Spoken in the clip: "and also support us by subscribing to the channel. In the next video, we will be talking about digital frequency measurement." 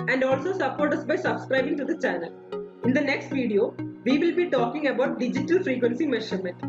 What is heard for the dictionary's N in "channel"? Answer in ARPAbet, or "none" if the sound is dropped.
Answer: N